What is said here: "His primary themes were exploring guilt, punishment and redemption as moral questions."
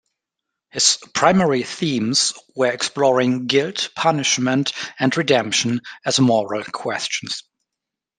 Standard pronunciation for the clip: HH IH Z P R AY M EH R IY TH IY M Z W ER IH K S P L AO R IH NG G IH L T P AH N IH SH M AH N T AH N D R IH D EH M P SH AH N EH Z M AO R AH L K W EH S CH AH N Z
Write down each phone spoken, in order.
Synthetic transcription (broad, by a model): HH IH Z P R AY M EH R IY TH IY M Z W ER IH K S P L AO R IH NG G IH L T P AH N IH SH M AH N T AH N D R IH D EH M P SH AH N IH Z M AO R AH L K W EH S CH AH N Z